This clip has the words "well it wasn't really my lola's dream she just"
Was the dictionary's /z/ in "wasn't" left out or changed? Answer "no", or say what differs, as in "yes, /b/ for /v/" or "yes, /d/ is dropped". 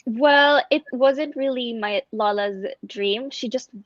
no